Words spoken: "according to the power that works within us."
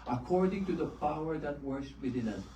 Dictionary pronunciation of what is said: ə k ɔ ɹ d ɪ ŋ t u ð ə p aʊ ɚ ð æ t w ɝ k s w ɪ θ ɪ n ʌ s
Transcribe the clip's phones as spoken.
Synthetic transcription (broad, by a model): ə k ɔ ɹ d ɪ ŋ t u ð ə p aʊ ɚ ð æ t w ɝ s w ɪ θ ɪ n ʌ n